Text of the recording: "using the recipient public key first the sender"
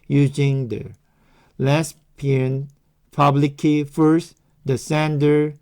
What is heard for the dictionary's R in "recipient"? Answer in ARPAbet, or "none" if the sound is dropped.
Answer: L